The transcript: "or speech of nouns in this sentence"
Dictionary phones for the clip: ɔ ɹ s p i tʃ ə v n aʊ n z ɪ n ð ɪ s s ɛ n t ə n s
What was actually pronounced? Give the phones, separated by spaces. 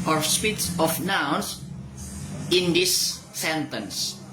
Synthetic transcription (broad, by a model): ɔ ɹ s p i s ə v n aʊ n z ɪ n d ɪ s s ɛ n t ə n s